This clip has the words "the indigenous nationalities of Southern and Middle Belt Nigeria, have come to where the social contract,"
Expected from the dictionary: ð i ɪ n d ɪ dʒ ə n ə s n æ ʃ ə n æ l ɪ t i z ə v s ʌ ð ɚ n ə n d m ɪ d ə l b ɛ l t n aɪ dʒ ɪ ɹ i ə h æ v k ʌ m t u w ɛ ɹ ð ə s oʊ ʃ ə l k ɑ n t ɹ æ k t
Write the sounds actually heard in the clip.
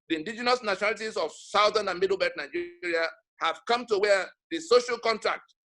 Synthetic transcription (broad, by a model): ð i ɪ n d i dʒ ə n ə s n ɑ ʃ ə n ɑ l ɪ t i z ə v s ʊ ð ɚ n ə n m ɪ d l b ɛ t n aɪ dʒ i ɹ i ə h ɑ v k ʌ m t u w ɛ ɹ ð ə s oʊ ʃ ə l k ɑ n t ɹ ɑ k t